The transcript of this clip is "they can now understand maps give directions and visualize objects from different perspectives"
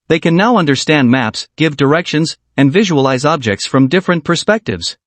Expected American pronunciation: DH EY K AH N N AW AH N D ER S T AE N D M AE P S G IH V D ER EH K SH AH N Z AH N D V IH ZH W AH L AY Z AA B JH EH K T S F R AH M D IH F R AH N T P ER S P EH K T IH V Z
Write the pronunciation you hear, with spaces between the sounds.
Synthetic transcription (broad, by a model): DH EY K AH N N AW AH N D ER S T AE N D M AE P S G IH V D ER EH K SH AH N Z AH N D V IH ZH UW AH L AY Z AA B JH EH K T S F R AH M D IH F R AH N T P ER S P EH K T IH V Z